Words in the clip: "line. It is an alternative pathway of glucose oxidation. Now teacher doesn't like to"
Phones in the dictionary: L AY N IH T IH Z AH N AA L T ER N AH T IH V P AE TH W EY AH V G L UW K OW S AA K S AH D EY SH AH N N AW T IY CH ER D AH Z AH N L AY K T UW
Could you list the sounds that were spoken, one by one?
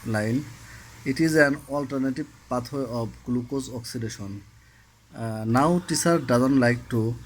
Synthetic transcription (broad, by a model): L AY N IH T IH Z AH N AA L T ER N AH T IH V P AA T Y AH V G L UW K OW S AA K S AH D EY SH AH N N AW T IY S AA D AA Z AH N L AY K T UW